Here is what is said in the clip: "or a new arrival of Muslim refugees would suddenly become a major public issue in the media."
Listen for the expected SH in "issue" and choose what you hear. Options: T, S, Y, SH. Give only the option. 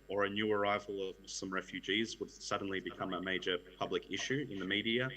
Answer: SH